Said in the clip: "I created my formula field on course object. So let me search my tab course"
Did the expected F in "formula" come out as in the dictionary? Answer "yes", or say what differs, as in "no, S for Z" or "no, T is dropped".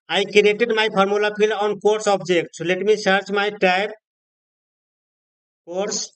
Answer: no, P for F